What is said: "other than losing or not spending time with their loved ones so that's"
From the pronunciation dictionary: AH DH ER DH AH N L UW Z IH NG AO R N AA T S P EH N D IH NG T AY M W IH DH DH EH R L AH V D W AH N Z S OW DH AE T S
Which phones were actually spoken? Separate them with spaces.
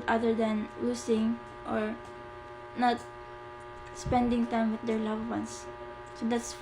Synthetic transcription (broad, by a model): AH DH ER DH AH N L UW S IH NG AO R N AA T S P EH N D IH NG T AY M W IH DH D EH R L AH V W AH N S S OW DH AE T S